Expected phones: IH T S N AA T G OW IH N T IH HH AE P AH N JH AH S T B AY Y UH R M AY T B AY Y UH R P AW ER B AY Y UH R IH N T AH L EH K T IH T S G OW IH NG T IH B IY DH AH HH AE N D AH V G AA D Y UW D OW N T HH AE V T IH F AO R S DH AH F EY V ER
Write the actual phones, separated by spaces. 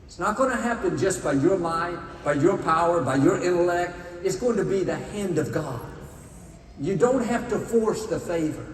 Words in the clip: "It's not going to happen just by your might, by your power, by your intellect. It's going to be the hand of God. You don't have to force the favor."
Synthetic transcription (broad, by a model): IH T S N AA T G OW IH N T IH HH AE P AH N JH AH S B AY Y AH R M AY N B AY Y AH R P AW ER B AY Y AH R IH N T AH L EH K T IH T S G OW IH NG T IH B IY DH AH HH AE N D AH V G AA D Y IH D OW N T HH AE F T IH F AO R S DH AH F EY V ER